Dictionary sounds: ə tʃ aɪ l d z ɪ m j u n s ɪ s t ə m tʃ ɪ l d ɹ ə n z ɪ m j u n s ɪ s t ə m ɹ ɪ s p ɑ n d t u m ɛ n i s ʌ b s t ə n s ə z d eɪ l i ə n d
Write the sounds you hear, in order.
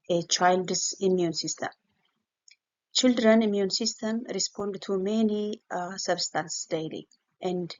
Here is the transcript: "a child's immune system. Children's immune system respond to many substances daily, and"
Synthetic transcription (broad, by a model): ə tʃ aɪ l d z ɪ m j u n s ɪ s t ə m tʃ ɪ l d ɹ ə n ɪ m j u n s ɪ s t ə m ɹ ɪ s p ɑ n d t u m ɛ n i s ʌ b s t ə n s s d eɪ l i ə n d